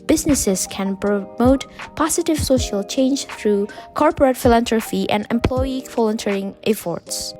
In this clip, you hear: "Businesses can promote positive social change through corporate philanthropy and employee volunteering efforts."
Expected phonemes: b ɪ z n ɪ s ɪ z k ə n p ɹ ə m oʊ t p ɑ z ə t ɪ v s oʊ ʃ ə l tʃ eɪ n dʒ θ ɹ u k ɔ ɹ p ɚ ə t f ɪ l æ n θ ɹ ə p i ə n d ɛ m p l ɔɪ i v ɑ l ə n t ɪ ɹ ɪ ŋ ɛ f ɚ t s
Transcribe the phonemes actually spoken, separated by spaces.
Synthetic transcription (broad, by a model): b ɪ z n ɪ s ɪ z k ə n p ɹ ə m oʊ t p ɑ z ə t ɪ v s oʊ ʃ ə l tʃ eɪ n dʒ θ ɹ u k ɔ ɹ p ɚ ə t f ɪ l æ n t ɹ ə f i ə n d ɛ m p l ɔɪ i f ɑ l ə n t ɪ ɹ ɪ ŋ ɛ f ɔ t s